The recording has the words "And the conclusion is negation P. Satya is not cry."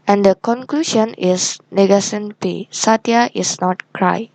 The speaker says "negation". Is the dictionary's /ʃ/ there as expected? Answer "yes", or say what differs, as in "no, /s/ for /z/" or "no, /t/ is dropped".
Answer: no, /s/ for /ʃ/